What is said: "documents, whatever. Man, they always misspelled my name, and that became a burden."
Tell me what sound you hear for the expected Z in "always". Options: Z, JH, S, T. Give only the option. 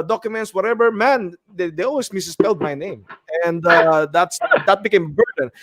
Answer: S